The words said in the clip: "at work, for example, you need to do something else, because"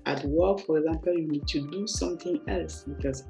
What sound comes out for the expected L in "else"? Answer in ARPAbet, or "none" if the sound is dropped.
L